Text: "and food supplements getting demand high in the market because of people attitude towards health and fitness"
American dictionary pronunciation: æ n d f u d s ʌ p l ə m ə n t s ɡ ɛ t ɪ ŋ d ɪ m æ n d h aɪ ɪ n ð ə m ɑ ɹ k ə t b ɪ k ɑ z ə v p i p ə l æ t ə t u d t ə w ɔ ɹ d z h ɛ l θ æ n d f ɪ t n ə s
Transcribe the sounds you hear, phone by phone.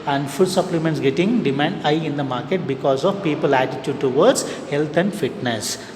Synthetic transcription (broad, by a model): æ n d f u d s ʌ p l ə m ə n t s ɡ ɛ t ɪ ŋ d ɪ m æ n d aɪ ɪ n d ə m ɑ ɹ k ə t b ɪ k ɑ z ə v p i p ə l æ t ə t u d t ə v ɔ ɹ d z h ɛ l t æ n d f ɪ t n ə s